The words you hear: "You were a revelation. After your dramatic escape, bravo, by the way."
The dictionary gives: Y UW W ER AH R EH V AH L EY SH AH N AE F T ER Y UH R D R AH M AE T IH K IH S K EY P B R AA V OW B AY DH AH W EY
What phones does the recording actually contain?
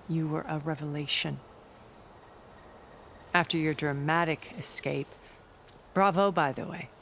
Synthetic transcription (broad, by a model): Y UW W ER AH R EH V AH L EY SH AH N AE F T ER Y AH R D R AH M AE T IH K IH S K EY P B R AA V OW B AY DH AH W EY